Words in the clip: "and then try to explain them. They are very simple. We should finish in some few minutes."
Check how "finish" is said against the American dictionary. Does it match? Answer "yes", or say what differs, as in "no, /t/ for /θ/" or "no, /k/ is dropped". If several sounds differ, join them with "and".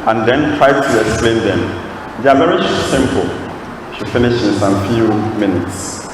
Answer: yes